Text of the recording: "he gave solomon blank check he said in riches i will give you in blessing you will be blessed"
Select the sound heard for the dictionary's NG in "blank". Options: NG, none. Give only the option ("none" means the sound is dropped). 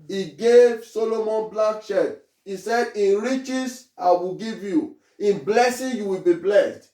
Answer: none